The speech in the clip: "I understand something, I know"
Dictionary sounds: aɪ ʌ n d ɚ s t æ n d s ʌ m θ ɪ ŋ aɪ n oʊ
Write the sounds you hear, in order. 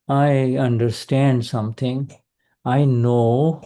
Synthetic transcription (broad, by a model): aɪ ʌ n d ɚ s t æ n d s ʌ m t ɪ ŋ aɪ n oʊ